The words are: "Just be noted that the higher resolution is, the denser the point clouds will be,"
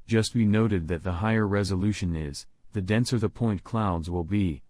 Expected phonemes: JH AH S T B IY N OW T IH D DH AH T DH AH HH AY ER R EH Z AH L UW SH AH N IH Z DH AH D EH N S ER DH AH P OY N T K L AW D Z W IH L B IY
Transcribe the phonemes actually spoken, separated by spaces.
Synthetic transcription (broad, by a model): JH AH S T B IY N OW T IH D DH AH T DH AH HH AY ER R EH Z AH L UW SH AH N IH Z DH AH D EH N S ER DH AH P OY N K L AW D Z W IH L B IY